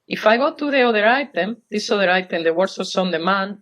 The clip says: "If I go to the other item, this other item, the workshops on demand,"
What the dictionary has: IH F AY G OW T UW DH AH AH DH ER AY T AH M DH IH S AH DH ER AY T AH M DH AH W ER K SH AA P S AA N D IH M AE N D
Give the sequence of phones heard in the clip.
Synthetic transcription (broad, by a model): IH F AY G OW T UW DH AH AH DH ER AY T AH M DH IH S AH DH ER AY T AH M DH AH W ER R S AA S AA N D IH M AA N